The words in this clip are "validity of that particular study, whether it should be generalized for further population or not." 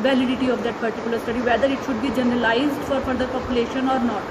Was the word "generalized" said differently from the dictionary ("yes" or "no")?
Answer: no